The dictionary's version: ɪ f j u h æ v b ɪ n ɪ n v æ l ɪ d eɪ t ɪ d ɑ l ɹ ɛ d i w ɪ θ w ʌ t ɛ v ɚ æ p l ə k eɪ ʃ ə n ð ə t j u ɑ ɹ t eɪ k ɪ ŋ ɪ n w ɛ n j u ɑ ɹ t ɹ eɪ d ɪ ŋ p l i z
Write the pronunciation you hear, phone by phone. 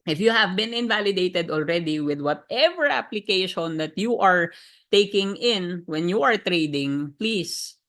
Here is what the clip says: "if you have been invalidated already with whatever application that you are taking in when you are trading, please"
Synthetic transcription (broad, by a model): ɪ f j u h æ v b ɪ n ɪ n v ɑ l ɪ d eɪ t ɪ d ɑ l ɹ ɛ d i w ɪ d w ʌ t ɛ v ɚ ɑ p l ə k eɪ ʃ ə n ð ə t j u ɑ ɹ t eɪ k ɪ ŋ ɪ n w ɛ n j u ɑ ɹ t ɹ eɪ d ɪ ŋ p l i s